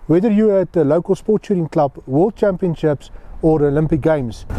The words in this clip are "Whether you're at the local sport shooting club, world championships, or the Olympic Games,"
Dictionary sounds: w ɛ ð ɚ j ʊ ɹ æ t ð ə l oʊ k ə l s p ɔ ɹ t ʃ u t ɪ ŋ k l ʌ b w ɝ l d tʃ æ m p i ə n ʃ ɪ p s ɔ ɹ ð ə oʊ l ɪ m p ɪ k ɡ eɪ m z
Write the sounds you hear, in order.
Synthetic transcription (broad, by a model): w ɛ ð ɚ j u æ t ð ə l oʊ k ə l s p ɔ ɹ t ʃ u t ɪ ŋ k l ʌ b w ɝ l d tʃ æ m p i ə n ʃ ɪ p s ɔ ɹ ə oʊ l ɪ m p ɪ k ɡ eɪ m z